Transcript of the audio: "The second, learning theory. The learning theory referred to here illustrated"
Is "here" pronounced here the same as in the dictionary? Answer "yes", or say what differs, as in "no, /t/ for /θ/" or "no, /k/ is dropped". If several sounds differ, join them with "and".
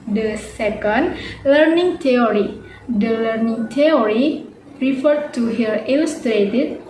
no, /l/ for /ɹ/